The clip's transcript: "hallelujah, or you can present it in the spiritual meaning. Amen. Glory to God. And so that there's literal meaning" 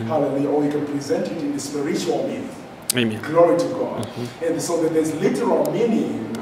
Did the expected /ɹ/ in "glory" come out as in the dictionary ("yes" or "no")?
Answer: yes